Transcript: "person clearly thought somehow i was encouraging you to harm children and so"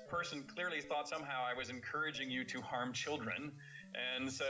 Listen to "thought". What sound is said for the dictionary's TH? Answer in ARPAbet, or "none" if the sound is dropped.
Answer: TH